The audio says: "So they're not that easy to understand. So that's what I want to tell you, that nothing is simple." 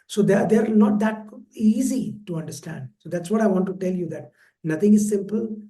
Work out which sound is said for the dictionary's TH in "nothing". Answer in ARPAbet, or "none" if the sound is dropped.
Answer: T